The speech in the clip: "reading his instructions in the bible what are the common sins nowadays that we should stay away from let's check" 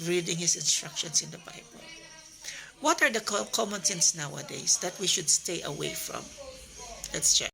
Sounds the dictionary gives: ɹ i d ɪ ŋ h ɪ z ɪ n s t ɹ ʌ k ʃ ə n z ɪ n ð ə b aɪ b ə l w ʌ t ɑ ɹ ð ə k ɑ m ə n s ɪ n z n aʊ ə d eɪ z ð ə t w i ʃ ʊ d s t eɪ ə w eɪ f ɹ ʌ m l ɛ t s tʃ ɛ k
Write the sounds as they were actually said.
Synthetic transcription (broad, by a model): ɹ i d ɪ ŋ h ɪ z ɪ n s t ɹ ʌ k ʃ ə n s ɪ n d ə b aɪ b ə l w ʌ t ɑ ɹ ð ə k ɑ m ə n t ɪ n s n aʊ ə d eɪ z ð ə t w i ʃ ʊ d s t eɪ ə w eɪ f ɹ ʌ m l ɛ t s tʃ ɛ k